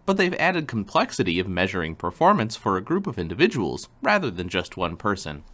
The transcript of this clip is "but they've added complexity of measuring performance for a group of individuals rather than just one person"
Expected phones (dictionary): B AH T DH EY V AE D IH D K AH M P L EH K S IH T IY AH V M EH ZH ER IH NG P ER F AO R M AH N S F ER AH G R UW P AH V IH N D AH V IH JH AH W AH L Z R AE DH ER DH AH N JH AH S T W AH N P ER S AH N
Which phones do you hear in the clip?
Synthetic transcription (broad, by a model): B AH T DH EY V AE D IH D K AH M P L EH K S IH T IY AH V M EH ZH ER IH NG P ER F AO R M AH N S F ER AH G R UW P AH V IH N D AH V IH JH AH W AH L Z R AE DH ER DH AH N JH AH S T W AH N P ER S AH N